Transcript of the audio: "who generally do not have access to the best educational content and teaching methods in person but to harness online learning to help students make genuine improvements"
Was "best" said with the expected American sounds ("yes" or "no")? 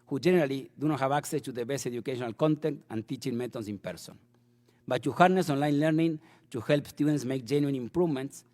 no